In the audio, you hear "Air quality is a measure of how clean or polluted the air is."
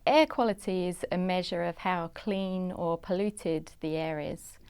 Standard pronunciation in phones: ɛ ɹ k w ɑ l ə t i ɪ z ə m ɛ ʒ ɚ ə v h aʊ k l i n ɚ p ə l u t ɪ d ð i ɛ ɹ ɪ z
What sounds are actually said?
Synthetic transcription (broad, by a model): ɛ k w ɑ l ə t i ɪ z ə m ɛ ʒ ɚ ə v h aʊ k l i n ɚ p ə l u t ɪ d ð i ɛ ɹ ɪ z